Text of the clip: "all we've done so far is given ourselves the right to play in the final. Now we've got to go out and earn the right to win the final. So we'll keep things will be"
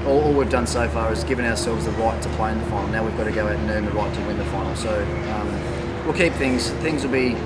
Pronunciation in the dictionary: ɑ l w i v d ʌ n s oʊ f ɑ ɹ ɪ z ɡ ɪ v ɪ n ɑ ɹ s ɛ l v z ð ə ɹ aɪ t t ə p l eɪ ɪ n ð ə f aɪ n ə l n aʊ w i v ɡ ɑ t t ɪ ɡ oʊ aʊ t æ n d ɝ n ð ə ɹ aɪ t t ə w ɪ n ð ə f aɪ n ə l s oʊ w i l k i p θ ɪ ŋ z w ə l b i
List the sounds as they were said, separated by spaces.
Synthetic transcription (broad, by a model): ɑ l w i v d ʌ n s oʊ f ɑ ɹ ɪ z ɡ ɪ v ɪ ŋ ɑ ɹ s ɛ l v z ð ə ɹ aɪ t t ə p l eɪ ɪ n ð ə f aɪ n l n aʊ w i v ɡ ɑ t t ɪ ɡ oʊ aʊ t n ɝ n ð ə ɹ aɪ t t ə w ɪ n ð ə f aɪ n l s oʊ w i l k i p θ ɪ ŋ z w ə l b i